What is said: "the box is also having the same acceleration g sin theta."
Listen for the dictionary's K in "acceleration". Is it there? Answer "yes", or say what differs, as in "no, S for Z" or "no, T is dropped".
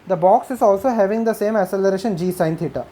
no, K is dropped